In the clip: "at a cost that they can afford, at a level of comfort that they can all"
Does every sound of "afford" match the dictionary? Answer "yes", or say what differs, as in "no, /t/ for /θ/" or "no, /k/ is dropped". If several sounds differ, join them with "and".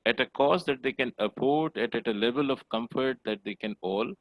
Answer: no, /p/ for /f/